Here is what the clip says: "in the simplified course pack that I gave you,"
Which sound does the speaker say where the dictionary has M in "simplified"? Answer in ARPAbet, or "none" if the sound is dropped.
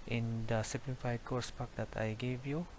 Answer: none